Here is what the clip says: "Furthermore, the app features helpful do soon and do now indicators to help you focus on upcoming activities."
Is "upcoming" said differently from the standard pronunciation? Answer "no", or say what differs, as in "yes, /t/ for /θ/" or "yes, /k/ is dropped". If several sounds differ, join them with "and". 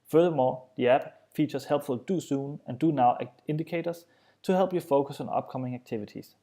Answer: yes, /b/ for /p/